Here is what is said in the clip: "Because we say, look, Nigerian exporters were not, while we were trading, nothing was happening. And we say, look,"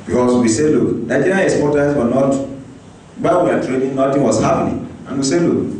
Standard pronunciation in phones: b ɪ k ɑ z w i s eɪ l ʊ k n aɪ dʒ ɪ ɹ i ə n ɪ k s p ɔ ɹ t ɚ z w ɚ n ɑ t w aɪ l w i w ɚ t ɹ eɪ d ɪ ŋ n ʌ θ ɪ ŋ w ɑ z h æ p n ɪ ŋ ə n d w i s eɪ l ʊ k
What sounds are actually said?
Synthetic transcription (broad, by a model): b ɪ k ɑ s w i s eɪ l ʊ k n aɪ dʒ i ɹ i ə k s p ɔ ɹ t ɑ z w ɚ n ɑ t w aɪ w i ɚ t ɹ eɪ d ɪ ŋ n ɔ t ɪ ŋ w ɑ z h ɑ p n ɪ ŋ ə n w i s eɪ l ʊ k